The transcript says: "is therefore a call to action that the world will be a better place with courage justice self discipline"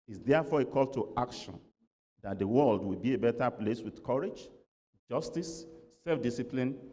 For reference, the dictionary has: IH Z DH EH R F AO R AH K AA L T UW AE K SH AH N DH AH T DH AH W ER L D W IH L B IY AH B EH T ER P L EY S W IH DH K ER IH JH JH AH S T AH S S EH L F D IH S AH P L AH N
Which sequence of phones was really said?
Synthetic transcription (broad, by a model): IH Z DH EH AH F AO AH K AA L T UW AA K SH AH N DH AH T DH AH W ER L D W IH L B IY AH B EH T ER P L EY S W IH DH K ER IH JH JH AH S T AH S S EH L F D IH S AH P L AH N